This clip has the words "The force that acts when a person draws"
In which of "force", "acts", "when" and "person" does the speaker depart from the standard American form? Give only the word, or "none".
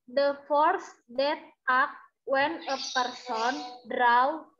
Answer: acts